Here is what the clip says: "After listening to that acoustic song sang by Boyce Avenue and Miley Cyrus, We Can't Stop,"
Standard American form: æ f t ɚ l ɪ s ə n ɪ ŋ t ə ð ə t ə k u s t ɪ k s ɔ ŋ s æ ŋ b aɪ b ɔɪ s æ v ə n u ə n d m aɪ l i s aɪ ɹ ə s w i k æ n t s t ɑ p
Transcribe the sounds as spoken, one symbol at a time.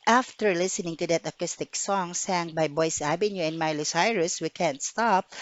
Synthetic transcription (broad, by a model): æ f t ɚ l ɪ s ə n ɪ ŋ t ə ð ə t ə k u s t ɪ k s ɔ ŋ s æ ŋ b aɪ b ɔɪ s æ b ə n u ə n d m aɪ l i s aɪ ɹ ə s w i k æ n t s t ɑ p